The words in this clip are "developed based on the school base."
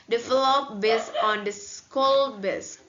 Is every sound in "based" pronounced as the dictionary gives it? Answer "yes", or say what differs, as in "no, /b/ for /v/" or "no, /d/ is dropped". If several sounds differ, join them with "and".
no, /t/ is dropped